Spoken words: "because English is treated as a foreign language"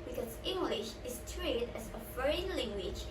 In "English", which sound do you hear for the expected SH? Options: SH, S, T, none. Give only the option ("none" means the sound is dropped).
SH